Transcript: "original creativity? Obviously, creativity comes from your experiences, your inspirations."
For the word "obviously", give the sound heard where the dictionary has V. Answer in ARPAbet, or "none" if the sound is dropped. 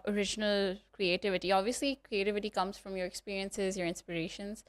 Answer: V